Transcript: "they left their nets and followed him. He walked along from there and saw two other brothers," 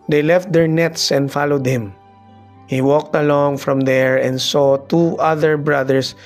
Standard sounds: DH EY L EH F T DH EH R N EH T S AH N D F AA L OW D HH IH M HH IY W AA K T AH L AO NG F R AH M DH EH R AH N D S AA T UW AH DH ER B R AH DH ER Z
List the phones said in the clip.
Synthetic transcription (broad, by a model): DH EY L EH F T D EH R N EH T S AH N D F AA L OW D HH IH M HH IY W AA K T AH L AO NG F R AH M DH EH R AH N D S AA T UW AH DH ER B R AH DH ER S